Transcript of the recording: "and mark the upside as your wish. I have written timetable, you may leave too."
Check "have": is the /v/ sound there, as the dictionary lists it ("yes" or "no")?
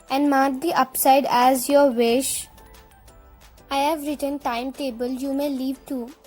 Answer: yes